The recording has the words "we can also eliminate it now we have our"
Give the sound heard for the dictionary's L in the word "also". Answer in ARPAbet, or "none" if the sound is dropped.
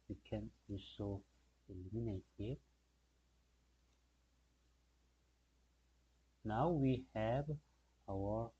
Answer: none